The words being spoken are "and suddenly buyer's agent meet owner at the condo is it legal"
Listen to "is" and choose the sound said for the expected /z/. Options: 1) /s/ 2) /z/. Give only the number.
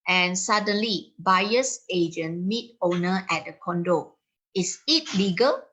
1